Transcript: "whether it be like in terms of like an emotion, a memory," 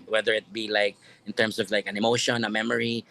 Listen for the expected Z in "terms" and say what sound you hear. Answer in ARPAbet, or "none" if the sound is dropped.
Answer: S